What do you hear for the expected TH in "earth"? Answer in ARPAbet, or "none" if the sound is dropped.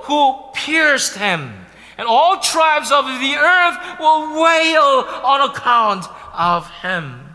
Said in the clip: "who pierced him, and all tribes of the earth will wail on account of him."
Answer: TH